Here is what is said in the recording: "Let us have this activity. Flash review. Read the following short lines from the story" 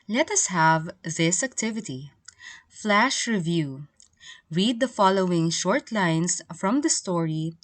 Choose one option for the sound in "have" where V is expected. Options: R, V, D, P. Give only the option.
V